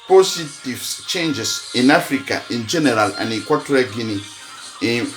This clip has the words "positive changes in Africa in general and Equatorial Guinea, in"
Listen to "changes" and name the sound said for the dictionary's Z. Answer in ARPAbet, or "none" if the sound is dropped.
S